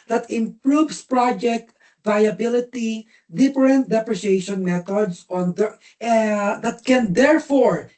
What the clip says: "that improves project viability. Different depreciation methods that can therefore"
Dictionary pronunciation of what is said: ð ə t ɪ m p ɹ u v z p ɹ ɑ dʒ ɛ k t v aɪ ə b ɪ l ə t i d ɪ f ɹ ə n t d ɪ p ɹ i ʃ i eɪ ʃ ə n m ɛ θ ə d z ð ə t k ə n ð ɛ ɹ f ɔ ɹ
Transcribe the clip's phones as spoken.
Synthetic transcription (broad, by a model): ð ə t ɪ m p ɹ u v s p ɹ ɑ dʒ ɛ k t v aɪ ə b ɪ l ə t i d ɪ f ɹ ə n t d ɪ p ɹ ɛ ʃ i eɪ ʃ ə n m ɛ t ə d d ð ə t k ə n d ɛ ɹ f ɔ ɹ